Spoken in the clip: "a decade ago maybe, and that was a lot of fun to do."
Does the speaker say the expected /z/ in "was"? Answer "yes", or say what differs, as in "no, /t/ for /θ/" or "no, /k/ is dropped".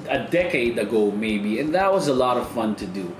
yes